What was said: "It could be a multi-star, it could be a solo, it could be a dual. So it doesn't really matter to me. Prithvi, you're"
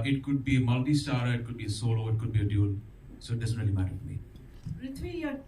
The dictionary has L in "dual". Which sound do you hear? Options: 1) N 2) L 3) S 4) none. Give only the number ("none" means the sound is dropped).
1